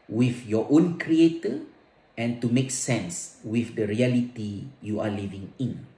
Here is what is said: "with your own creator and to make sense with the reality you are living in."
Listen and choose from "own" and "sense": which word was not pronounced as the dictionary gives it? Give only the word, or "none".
none